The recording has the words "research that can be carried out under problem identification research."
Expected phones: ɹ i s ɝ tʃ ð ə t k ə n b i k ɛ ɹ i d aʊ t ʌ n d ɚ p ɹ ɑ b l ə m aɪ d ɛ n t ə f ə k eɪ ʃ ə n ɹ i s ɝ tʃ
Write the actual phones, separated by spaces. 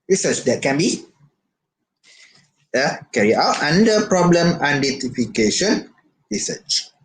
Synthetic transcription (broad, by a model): ɹ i s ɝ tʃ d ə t k ə n b i k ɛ ɹ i aʊ t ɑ n d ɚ p ɹ ɑ b l ə m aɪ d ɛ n t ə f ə k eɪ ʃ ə n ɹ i s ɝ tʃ